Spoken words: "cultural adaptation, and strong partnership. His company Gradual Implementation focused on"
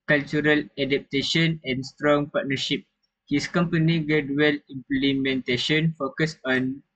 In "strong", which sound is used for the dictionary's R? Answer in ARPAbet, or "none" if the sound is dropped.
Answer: R